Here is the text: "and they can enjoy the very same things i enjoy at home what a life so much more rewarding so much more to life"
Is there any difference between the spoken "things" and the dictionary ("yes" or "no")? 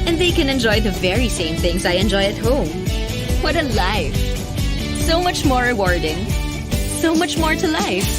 no